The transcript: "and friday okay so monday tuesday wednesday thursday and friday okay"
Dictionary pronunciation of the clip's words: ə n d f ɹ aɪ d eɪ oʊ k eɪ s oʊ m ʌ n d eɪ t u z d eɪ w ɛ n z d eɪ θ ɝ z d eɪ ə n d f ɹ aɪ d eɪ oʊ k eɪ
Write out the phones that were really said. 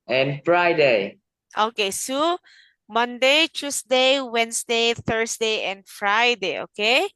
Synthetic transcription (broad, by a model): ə n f ɹ aɪ d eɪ oʊ k eɪ s oʊ m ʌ n d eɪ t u s d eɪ w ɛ n s d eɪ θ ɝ s d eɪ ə n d f ɹ aɪ d eɪ oʊ k eɪ